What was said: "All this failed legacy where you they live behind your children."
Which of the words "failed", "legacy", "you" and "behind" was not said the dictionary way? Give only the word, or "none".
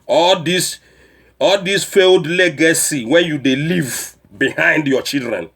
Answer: none